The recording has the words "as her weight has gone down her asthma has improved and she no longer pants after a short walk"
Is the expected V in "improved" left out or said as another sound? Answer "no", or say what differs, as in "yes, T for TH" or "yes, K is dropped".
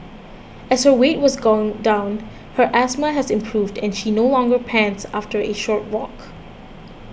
no